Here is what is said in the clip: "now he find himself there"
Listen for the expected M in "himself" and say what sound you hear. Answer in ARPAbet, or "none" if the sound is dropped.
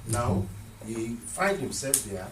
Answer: M